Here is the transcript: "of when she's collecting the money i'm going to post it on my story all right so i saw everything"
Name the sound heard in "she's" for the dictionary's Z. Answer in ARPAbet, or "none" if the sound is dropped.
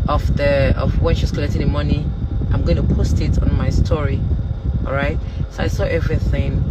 S